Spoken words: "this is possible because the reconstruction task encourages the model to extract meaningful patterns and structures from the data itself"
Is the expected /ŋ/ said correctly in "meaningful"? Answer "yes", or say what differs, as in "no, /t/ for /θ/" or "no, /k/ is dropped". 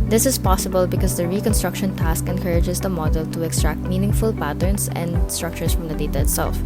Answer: yes